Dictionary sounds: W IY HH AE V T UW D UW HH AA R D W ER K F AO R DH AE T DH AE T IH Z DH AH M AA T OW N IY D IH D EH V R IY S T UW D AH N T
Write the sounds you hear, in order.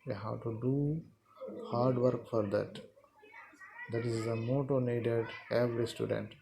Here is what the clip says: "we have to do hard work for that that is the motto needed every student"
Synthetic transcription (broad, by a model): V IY HH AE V T UW D UW HH AA R D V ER K F AO R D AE T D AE T IH Z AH M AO T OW N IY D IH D EH V R IY S T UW D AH N T